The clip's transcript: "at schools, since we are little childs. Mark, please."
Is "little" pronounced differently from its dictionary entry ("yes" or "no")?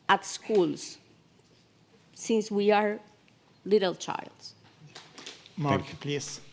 no